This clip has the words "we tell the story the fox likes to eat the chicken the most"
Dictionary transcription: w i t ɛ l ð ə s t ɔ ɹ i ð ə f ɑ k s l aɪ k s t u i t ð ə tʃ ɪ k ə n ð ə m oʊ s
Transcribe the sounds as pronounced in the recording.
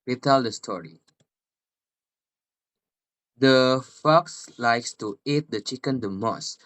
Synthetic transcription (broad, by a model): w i t ɛ l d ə s t ɔ ɹ i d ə f ɑ k s l aɪ k s t u i t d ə tʃ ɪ k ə n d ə m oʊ s